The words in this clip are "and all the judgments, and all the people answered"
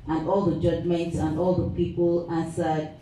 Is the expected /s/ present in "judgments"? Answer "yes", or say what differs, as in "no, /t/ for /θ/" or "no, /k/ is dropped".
yes